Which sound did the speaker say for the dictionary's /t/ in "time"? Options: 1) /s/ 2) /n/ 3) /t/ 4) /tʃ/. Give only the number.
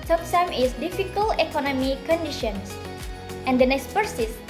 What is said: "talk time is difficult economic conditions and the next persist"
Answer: 1